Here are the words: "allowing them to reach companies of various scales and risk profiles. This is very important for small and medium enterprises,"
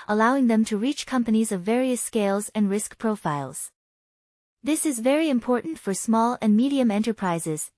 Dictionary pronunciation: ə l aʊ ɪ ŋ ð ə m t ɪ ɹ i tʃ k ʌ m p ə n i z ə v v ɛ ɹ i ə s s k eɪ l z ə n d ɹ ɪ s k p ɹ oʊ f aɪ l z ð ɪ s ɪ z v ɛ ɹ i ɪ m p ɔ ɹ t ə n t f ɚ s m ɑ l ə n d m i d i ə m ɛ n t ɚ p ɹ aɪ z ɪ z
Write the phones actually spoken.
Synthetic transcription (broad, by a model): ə l aʊ ɪ ŋ ð ə m t ɪ ɹ i tʃ k ʌ m p ə n i z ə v v ɛ ɹ i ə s s k eɪ l z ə n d ɹ ɪ s k p ɹ oʊ f aɪ l z ð ɪ s ɪ z v ɛ ɹ i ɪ m p ɔ ɹ t n t f ɚ s m ɑ l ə n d m i d i ə m ɛ n t ɚ p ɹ aɪ z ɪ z